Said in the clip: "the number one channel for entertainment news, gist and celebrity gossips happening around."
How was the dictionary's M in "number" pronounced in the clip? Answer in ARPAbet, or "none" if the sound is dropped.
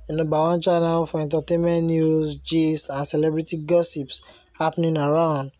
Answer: none